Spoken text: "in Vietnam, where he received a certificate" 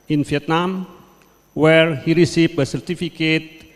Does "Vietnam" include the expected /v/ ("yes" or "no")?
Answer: no